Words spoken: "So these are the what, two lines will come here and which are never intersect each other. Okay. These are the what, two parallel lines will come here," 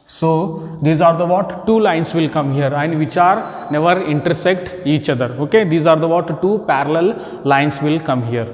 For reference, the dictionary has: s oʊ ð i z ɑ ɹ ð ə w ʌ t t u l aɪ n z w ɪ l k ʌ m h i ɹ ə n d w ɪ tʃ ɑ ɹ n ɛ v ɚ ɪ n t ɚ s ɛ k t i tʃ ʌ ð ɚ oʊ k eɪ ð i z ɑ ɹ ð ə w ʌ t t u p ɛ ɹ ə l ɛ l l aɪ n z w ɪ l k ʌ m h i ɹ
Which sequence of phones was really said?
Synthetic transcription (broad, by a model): s oʊ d i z ɑ ɹ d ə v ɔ t t u l aɪ n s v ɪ l k ʌ m h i ɹ ə n d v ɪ tʃ ɑ ɹ n ɛ v ɚ ɪ n t ɚ s ɛ k t i tʃ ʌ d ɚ oʊ k eɪ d i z ɑ ɹ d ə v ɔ t t u p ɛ ɹ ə l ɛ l l aɪ n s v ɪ l k ʌ m h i ɹ